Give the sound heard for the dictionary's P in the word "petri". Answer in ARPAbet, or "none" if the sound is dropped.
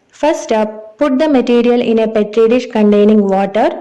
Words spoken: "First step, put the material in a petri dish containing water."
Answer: P